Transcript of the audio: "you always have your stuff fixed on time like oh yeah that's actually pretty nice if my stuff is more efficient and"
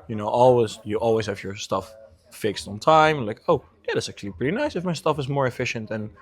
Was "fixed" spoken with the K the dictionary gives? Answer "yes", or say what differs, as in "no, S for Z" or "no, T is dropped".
yes